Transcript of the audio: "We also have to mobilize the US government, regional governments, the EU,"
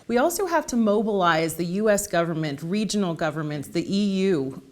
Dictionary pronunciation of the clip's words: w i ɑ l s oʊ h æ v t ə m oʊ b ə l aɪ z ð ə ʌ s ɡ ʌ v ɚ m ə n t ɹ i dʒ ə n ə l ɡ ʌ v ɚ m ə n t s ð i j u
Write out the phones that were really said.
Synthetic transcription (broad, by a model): w i ɑ l s oʊ h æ f t ə m oʊ b ə l aɪ z ð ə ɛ s ɡ ʌ v ɚ m ə n t ɹ i dʒ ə n l ɡ ʌ v ɚ m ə n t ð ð i j u